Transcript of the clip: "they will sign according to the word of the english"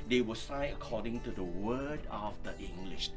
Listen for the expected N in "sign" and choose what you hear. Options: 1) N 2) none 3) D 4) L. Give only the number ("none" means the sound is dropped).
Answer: 2